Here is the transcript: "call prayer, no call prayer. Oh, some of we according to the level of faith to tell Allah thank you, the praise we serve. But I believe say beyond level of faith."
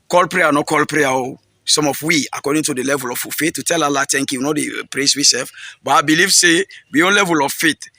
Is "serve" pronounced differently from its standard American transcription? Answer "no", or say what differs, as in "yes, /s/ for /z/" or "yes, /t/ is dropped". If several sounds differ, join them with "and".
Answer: yes, /f/ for /v/